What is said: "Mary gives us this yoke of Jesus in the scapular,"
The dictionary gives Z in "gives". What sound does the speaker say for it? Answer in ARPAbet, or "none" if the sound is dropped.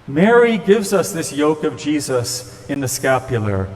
Z